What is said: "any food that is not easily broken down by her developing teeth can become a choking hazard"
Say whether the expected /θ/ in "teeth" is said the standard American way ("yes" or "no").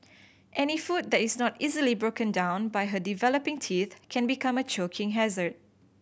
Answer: yes